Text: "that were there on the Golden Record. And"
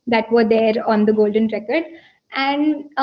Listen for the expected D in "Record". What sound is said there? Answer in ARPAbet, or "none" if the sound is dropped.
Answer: D